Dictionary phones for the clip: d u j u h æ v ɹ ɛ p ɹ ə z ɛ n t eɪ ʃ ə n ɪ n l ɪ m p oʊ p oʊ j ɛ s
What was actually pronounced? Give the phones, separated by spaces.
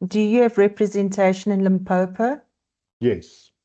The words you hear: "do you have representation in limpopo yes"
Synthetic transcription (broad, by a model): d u j u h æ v ɹ ɛ p ɹ ə z ɛ n t eɪ ʃ ə n ɪ n l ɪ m p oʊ p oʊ j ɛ s